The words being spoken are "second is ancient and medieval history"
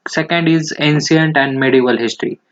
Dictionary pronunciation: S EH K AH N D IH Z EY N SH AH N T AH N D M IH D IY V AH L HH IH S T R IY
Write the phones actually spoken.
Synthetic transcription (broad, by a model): S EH K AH N D IH Z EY N S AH N T AH N D M IH D IY V AH L HH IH S T R IY